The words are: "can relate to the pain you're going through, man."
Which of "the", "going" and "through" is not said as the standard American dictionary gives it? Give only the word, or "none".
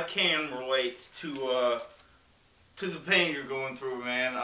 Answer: none